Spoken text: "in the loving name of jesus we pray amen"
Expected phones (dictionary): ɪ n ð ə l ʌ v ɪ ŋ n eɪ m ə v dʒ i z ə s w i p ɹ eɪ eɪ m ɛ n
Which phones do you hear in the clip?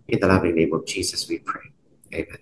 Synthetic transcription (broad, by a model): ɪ n ð ə l ʌ v ɪ ŋ n eɪ m ə v dʒ i z ə s w i p ɹ eɪ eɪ m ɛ n